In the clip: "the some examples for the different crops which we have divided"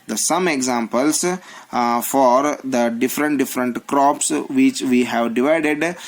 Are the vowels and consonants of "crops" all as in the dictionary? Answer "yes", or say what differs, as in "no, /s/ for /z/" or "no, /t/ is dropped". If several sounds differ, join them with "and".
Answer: yes